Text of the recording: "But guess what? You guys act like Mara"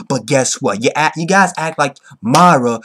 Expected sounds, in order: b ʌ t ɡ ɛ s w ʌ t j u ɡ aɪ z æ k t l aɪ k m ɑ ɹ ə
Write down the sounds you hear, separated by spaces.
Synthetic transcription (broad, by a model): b ʌ t ɡ ɛ s w ʌ t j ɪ ɡ aɪ z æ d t l aɪ k m ɑ ɹ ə